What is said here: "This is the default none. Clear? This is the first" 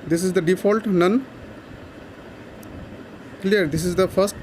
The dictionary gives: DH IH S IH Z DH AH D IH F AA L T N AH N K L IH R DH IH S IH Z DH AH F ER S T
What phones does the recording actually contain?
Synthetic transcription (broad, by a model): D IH S IH Z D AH D IH F AA L T N AH N K L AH R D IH S IH Z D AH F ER S T